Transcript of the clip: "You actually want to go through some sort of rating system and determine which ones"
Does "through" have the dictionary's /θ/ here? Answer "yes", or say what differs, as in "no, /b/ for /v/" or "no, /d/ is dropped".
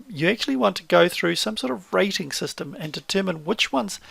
yes